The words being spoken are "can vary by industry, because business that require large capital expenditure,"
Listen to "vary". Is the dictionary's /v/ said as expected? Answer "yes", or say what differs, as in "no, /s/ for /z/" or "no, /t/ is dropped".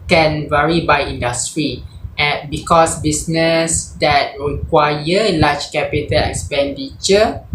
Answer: yes